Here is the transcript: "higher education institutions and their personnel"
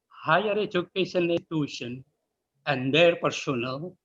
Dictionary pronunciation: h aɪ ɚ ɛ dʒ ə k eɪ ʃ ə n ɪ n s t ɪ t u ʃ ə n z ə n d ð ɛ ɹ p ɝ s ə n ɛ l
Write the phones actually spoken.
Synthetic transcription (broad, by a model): h aɪ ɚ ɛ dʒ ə k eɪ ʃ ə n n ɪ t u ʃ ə n ə n d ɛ ɹ p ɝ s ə n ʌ l